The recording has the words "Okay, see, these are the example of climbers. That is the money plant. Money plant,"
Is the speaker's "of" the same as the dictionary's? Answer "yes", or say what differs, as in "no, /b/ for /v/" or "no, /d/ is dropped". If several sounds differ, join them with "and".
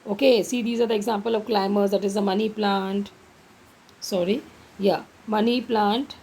yes